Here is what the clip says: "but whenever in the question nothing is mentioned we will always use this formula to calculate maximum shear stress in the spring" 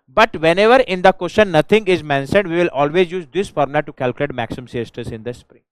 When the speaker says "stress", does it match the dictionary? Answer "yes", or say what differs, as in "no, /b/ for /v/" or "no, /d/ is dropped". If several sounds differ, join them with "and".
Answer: no, /ɹ/ is dropped